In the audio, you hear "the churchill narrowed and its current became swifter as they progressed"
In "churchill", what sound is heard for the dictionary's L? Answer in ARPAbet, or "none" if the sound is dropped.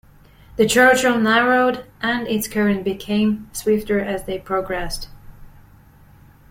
N